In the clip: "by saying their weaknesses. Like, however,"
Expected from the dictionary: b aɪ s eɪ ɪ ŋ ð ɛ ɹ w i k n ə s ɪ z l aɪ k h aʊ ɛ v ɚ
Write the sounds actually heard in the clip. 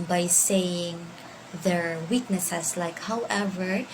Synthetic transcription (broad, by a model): b aɪ s eɪ ɪ ŋ ð ɛ ɹ w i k n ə s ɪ s l aɪ k h aʊ ɛ v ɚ